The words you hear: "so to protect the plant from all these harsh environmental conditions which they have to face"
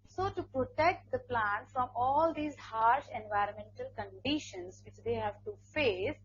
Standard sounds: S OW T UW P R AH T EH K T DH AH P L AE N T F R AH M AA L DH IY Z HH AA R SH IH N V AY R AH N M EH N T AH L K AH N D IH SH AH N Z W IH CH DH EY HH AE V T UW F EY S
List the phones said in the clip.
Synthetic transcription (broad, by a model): S OW T UW P R AH T EH K T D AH P L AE N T F R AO M AA L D IY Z HH AA R SH IH N V AY R AH N M EH N T AH L K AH N D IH SH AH N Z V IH CH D EY HH AE V T UW F EY S